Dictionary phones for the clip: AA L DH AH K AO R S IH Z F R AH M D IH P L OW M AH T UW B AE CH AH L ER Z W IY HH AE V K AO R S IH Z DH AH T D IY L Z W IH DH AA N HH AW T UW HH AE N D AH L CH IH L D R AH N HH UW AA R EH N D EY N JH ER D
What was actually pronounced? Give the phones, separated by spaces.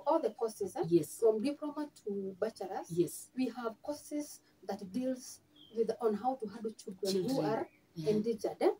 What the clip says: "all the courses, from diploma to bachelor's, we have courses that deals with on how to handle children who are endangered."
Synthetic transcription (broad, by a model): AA L DH AH K AO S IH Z F R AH M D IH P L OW M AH T UW B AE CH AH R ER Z W IY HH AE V K AO S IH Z DH AH T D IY L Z W IH DH AA N HH AW T UW HH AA D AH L CH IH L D R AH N HH UW AA R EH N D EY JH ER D